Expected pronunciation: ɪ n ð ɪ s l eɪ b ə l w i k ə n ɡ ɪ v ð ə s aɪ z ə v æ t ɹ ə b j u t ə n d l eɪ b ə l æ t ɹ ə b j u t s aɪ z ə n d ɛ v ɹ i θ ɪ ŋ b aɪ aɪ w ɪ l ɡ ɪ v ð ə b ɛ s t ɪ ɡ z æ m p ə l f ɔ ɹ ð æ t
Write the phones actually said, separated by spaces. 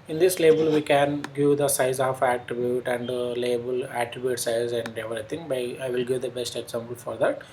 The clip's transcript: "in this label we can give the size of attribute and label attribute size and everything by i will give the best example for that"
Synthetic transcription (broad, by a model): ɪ n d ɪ s l eɪ b ə l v i k ə n ɡ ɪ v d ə s aɪ z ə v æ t ɹ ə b j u t ə n d l eɪ b ə l æ t ɹ ə b j u t s aɪ z ə n d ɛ v ɹ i t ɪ ŋ b aɪ aɪ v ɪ l ɡ ɪ v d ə b ɛ s t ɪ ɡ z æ m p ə l f ɔ ɹ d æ t